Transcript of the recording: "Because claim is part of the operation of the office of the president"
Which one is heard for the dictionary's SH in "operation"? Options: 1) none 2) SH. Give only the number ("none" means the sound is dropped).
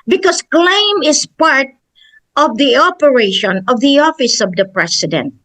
2